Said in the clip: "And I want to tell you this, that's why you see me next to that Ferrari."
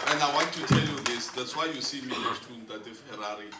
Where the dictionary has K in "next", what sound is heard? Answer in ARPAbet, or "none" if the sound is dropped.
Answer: none